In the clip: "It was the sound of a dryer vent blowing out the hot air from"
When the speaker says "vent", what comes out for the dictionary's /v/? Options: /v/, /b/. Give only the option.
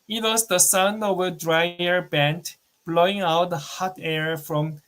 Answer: /b/